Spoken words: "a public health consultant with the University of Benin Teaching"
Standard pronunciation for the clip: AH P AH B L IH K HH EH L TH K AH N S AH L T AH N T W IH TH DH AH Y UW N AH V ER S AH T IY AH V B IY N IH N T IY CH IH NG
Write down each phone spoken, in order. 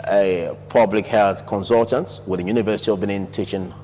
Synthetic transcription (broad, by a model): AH P AH B L IH K HH EH L TH K AH N S AH L T AH N T W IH DH AH Y UW N AH V ER S AH T IY AH V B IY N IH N T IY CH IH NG